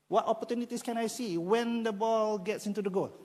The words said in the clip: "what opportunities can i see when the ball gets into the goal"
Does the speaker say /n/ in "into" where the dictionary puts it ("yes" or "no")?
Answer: yes